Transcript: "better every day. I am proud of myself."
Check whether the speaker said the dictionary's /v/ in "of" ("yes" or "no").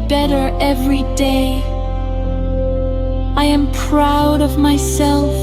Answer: yes